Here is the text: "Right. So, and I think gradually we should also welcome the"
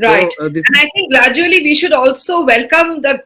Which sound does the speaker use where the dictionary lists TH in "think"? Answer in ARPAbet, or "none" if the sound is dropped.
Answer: T